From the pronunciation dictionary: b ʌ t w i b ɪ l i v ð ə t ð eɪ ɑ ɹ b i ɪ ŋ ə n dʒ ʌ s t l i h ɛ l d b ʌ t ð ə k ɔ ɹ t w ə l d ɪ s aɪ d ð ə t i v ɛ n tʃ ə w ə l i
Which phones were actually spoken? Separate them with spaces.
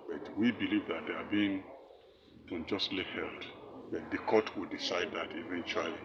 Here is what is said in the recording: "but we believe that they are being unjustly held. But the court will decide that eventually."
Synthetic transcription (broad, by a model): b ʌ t w i b ɪ l i v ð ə t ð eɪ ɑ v b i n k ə n dʒ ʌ s t l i h ɛ l d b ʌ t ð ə k ɔ t w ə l d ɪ s aɪ d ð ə t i v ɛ n tʃ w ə l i